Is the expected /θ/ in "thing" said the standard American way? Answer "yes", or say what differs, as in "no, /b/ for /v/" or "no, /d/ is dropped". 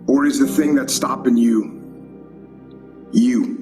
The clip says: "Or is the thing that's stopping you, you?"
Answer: yes